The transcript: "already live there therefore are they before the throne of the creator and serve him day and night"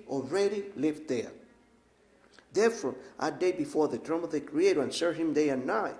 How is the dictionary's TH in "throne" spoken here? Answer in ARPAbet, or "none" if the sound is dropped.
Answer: T